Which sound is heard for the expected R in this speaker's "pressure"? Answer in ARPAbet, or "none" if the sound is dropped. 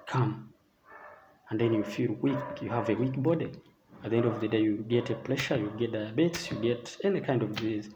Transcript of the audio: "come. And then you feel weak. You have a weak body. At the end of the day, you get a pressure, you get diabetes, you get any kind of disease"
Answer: L